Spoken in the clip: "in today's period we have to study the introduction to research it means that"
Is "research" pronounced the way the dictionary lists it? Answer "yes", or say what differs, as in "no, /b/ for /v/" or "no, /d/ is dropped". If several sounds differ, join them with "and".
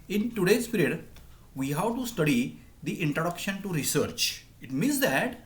yes